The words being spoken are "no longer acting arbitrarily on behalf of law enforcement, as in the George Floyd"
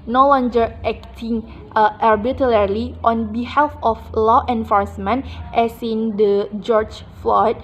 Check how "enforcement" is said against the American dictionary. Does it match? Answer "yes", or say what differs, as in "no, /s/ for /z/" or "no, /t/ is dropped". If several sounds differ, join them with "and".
yes